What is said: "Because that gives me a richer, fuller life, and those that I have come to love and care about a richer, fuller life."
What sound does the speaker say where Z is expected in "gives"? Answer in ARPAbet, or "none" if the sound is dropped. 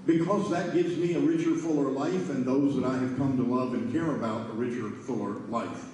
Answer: Z